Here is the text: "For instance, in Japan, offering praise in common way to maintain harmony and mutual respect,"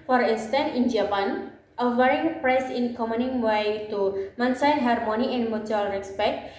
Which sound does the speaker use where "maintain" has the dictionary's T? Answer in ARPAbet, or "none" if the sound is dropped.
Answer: S